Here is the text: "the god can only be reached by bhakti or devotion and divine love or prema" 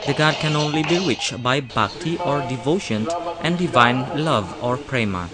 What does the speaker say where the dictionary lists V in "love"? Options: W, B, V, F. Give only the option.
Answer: V